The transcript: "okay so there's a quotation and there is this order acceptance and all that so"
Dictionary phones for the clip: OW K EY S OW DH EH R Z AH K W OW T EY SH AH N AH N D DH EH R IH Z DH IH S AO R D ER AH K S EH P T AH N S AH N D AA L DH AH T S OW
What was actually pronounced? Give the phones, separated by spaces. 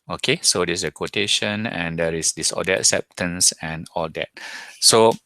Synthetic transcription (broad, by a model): OW K EY S OW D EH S AH K W OW T EY SH AH N AH N D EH R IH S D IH S AO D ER AH K S EH P T AH N S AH N AA L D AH T S OW